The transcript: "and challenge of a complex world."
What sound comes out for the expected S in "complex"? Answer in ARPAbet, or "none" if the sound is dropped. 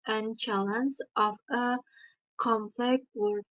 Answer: none